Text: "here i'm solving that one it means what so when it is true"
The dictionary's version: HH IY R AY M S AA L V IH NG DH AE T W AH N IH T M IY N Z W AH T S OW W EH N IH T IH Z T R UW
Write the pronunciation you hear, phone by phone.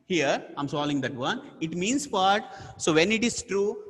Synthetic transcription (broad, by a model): HH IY R AY M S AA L IH NG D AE T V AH N IH T M IY N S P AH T S OW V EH N IH T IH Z T R UW